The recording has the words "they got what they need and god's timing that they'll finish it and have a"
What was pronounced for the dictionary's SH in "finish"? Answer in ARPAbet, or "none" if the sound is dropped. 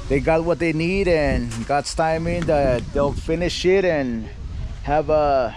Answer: SH